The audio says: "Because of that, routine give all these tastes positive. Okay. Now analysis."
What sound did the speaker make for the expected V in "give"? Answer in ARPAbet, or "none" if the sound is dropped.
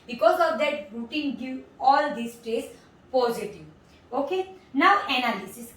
none